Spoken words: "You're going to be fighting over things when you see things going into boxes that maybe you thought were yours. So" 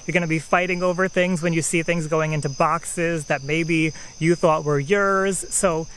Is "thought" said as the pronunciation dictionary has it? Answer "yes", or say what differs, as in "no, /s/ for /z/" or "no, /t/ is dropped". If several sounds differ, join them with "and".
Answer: yes